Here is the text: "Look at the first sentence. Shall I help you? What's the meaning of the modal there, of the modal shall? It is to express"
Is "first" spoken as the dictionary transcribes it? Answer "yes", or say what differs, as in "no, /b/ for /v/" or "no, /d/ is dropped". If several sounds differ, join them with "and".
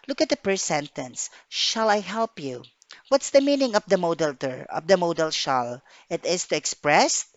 no, /p/ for /f/